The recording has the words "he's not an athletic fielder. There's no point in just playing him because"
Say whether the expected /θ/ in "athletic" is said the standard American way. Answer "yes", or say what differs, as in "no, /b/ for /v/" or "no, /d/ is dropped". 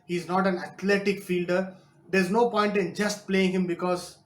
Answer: no, /t/ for /θ/